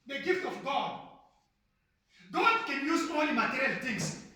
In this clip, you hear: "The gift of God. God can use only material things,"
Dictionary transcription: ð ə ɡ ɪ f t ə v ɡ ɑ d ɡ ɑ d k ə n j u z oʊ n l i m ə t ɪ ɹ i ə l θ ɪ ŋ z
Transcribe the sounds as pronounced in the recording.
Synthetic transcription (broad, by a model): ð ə ɡ ɪ f t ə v ɡ ɑ d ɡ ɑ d k ə n j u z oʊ l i m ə t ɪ ɹ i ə l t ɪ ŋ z